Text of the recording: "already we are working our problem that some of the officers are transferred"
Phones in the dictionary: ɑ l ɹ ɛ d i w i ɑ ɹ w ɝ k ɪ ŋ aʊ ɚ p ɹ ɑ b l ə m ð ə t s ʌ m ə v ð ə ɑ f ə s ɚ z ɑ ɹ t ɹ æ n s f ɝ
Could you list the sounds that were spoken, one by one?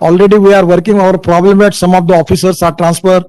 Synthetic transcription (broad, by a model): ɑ l ɹ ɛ d i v i ɑ ɹ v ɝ k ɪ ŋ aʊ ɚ p ɹ ɑ b l ə m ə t s ʌ m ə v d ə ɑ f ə s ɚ s ɑ ɹ t ɹ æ n s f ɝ